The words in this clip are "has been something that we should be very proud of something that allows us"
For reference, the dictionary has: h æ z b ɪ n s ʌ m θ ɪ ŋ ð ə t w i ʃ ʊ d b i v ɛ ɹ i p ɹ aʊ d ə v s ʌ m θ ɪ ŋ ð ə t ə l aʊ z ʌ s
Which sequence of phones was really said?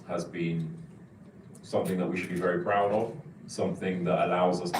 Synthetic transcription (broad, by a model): h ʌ z b ɪ n s ʌ m θ ɪ ŋ ð ə t w i ʃ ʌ d b i v ɛ ɹ i p ɹ aʊ d ə v s ʌ m θ ɪ ŋ ð ə t ə l aʊ z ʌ s